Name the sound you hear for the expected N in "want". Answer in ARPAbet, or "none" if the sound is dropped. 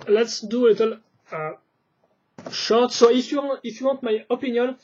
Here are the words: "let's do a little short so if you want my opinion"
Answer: none